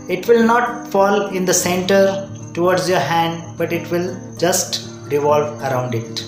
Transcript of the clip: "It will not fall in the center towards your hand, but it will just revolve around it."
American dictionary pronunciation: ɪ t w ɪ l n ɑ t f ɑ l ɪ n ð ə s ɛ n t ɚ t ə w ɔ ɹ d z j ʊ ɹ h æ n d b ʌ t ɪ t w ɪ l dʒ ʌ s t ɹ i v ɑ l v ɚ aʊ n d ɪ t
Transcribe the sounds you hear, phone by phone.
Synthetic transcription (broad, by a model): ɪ t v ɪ l n ɑ t f ɑ l ɪ n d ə s ɛ n t ɚ t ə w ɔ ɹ d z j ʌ ɹ h æ n d b ʌ t ɪ t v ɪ l dʒ ʌ s t ɹ i v ɑ l v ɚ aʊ n d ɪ t